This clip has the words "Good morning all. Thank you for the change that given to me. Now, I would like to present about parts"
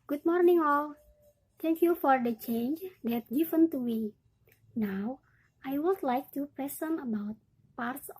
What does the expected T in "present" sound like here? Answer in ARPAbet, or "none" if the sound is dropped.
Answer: none